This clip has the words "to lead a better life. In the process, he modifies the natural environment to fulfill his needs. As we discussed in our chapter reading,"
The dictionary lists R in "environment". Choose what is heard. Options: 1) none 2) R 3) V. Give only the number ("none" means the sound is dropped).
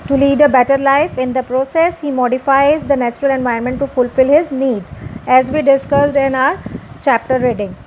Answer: 1